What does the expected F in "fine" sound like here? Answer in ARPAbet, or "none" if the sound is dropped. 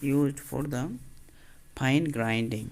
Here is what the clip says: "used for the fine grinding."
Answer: P